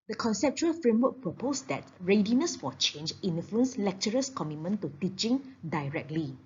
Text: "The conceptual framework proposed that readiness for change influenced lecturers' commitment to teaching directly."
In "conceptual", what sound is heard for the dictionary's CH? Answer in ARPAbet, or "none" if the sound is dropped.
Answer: CH